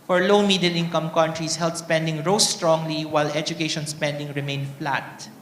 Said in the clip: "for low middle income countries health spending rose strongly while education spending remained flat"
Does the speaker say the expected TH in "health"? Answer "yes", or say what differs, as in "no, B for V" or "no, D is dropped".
no, T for TH